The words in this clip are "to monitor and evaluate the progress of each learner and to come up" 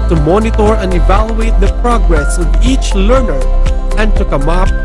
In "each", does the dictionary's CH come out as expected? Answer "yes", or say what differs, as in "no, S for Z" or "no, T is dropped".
yes